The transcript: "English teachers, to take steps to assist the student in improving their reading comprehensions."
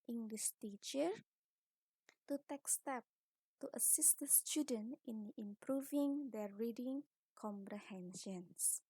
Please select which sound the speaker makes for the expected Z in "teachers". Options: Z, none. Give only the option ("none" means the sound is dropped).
none